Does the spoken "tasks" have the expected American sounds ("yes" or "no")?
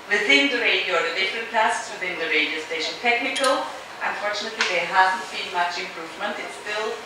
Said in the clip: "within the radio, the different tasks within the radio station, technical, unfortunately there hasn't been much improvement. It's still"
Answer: no